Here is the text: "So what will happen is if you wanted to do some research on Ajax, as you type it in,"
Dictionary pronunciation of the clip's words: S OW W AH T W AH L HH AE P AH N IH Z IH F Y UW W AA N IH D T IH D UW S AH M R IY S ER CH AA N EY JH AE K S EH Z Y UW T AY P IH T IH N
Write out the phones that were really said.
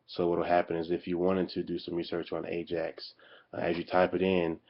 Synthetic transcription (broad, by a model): S OW W AH T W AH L HH AE P AH N IH Z IH F Y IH W AA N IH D T IH D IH S AH M R IY S ER CH N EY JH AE K S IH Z Y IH T AY P IH T IH N